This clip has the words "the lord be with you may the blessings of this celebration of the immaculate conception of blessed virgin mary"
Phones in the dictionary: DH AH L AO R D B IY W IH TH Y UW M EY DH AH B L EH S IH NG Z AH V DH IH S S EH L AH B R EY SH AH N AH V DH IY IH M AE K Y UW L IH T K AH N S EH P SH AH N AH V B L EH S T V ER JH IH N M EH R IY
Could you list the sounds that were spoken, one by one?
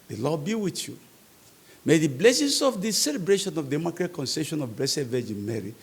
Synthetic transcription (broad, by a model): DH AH L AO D B IY W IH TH Y UW M EY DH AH B L EH S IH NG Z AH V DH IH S S EH L AH B R EY SH AH N AH V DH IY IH M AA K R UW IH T K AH N S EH SH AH N AH V B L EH S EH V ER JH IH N M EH R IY